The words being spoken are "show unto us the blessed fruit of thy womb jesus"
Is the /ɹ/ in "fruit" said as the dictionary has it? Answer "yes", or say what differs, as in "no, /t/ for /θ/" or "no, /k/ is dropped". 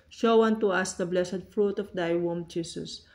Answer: yes